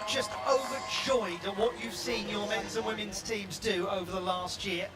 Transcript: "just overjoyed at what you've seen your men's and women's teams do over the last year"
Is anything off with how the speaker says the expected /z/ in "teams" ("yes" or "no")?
no